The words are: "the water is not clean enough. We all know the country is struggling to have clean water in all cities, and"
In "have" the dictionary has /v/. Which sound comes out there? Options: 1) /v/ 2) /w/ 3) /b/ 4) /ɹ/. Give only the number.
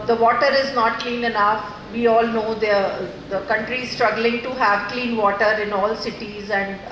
1